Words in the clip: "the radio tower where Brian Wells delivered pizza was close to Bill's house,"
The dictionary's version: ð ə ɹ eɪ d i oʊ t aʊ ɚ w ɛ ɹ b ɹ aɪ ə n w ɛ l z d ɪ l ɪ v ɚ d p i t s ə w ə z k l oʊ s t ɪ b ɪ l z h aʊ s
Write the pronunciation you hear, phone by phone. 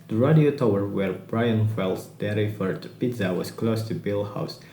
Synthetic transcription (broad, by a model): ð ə ɹ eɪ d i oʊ t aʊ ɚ w ɛ ɹ b ɹ aɪ ə n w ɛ l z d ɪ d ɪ f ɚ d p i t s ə w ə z k l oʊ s t ɪ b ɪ l h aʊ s